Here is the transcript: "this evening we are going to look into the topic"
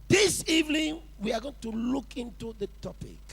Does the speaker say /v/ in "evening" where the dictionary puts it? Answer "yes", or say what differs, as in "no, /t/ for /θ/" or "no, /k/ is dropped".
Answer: yes